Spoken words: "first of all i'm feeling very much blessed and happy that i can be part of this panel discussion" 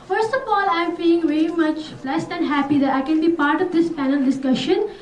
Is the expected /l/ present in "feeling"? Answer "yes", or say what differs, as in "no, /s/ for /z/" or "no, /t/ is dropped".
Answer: no, /l/ is dropped